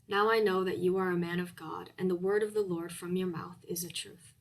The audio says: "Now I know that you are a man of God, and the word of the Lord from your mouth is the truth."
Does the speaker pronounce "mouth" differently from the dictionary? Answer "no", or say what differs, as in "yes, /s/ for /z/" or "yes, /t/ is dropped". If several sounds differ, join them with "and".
no